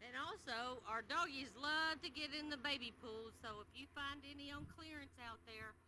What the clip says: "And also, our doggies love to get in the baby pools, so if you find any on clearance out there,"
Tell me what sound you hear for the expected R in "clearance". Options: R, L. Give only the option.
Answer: R